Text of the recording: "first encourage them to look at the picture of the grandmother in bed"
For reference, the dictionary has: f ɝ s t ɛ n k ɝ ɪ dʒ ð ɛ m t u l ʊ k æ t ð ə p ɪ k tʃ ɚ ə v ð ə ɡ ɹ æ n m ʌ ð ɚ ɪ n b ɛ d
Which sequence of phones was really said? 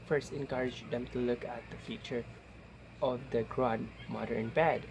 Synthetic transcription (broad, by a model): f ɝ s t ɛ n k ɝ ɪ dʒ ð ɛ m t u l ʊ k æ t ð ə f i tʃ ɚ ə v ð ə ɡ ɹ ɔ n m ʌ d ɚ n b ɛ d